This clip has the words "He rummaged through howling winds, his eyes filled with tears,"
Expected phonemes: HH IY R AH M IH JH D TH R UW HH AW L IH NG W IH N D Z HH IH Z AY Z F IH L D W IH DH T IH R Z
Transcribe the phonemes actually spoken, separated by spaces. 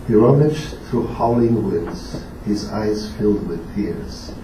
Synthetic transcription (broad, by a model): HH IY R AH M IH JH TH R UW HH AW L IH NG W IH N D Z HH IH Z AY Z F IH L D W IH DH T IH R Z